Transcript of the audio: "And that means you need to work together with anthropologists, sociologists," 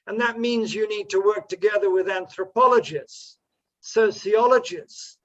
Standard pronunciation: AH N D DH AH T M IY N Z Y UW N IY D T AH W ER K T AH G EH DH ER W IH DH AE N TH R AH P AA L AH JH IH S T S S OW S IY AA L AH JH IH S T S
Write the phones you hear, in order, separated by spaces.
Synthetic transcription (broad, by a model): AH N DH AH T M IY N Z Y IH N IY D T AH W ER K T AH G EH DH ER W IH DH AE N TH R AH P AA L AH JH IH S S S OW S IY AA L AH JH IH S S